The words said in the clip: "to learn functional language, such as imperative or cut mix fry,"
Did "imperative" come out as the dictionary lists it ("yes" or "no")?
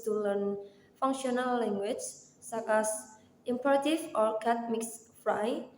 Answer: no